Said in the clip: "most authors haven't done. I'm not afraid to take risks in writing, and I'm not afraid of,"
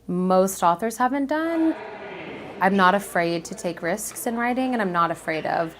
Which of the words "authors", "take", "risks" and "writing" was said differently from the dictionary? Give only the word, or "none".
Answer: none